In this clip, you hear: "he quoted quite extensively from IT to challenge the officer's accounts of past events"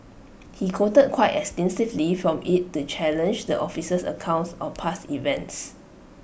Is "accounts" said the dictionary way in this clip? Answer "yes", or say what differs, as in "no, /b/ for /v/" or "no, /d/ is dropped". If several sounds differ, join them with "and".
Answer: yes